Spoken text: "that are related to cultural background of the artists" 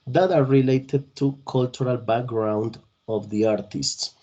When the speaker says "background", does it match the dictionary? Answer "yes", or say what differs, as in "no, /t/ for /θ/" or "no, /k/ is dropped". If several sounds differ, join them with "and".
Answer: yes